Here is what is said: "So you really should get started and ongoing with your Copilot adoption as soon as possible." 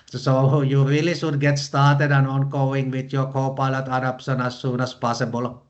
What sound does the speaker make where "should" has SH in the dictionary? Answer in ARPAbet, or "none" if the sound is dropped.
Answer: S